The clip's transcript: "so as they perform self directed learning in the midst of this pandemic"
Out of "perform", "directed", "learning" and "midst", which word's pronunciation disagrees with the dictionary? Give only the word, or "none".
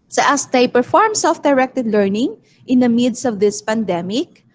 midst